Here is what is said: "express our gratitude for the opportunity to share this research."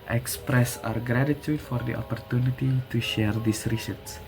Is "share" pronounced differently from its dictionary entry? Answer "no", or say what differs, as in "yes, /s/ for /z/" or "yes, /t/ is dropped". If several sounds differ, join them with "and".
no